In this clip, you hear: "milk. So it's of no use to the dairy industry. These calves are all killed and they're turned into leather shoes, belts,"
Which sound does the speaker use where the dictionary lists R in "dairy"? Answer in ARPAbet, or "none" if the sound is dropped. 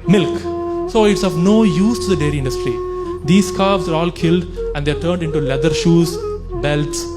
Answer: R